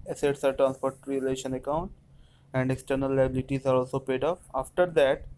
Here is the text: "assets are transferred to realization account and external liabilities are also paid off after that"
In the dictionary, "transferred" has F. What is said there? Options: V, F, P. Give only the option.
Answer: P